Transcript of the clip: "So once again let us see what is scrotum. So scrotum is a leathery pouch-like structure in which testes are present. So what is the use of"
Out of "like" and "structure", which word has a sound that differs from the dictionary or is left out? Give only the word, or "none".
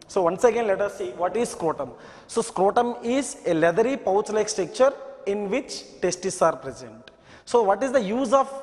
structure